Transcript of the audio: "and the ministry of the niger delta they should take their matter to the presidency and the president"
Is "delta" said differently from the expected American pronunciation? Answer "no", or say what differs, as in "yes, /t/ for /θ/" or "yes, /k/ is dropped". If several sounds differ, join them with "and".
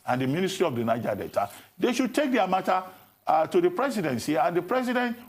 yes, /l/ is dropped